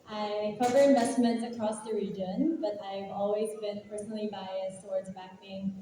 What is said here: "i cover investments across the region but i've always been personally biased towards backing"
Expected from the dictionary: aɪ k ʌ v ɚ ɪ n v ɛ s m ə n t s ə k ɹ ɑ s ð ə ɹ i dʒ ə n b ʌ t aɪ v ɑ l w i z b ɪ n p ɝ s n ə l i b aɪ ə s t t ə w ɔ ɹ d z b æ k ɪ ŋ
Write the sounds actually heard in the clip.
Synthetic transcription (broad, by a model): aɪ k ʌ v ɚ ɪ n v ɛ s m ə n t s ə k ɹ ɑ s ð ə ɹ i dʒ ə n b ʌ t aɪ v ɑ l w i z b ɪ n p ɝ s n l i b aɪ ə s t t ə w ɔ ɹ d z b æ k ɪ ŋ